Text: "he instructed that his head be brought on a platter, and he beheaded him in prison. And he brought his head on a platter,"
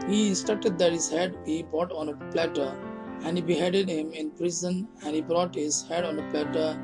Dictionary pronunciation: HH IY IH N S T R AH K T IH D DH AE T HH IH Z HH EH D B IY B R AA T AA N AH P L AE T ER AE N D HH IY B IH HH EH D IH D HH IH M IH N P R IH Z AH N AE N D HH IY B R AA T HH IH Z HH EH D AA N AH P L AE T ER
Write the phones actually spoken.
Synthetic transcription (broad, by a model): HH IY S T AH T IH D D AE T HH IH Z HH EH D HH IY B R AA T AA N AH P L AE T ER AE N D HH IY B IH HH EH D IH D HH IH M IH N P R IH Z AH N AE N D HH IY B R AA T HH IH Z HH EH D AA N AH P L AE T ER